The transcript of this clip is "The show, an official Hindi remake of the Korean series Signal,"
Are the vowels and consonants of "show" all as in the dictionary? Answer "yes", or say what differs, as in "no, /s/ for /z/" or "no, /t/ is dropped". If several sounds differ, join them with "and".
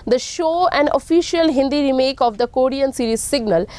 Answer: yes